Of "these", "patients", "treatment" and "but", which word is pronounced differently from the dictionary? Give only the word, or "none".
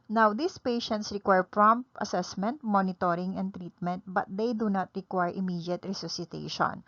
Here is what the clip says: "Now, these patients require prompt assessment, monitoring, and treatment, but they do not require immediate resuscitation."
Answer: these